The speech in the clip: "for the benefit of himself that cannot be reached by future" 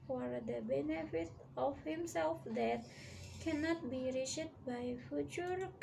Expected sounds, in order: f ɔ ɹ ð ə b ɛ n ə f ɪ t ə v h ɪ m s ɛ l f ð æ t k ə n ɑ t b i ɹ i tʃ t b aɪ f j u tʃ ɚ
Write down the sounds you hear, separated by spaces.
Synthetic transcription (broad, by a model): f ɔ ɹ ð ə b ɛ n ə f ɪ t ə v h ɪ m s ɛ l f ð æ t k ə n ɑ t b i ɹ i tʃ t b aɪ f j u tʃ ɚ